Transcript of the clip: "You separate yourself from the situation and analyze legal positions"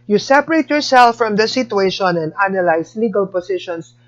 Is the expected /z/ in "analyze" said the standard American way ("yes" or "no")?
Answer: no